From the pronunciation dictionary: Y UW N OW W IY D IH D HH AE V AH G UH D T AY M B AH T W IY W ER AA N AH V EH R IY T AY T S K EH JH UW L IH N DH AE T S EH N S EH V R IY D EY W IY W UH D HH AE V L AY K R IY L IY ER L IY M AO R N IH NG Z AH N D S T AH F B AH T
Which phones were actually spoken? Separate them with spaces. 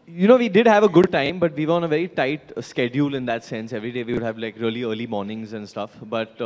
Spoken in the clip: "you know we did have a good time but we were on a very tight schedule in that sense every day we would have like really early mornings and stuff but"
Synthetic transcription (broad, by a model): Y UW N OW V IY D IH D HH AE V AH G UH D T AY M B AH T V IY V ER AA N AH V EH R IY T AY T S K EH JH UW L IH N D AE T S EH N S EH V R IY D EY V IY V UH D HH AE V L AY K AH L IY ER L IY M AO R N IH NG Z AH N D S T AH F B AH T